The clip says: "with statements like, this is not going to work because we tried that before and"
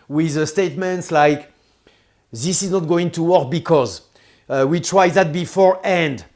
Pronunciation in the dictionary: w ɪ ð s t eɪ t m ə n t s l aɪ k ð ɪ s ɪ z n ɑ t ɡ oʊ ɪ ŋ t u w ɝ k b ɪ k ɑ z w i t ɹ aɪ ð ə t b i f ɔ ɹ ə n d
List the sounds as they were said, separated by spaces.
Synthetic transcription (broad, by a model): w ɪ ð s t eɪ t m ə n t s l aɪ k ð ɪ s ɪ z n ɑ t ɡ oʊ ɪ ŋ t u w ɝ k b ɪ k ɑ z w i t ɹ aɪ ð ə t b i f ɔ ɹ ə n d